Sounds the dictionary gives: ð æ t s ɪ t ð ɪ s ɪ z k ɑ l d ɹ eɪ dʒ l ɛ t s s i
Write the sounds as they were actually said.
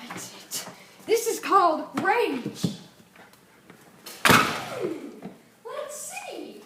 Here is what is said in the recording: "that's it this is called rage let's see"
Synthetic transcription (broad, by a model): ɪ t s ɪ t ð ɪ s ɪ z k ɑ l d ɹ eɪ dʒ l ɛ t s s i